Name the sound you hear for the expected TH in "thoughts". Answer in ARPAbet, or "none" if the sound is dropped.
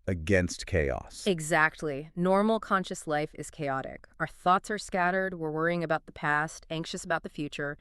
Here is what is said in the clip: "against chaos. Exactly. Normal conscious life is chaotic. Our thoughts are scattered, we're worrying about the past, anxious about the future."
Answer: TH